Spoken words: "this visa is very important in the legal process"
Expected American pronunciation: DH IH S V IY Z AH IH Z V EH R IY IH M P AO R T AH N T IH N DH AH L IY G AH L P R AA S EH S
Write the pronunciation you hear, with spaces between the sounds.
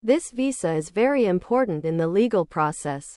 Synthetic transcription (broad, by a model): DH IH S V IY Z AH IH Z V EH R IY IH M P AO R T N T IH N DH AH L IY G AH L P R AA S EH S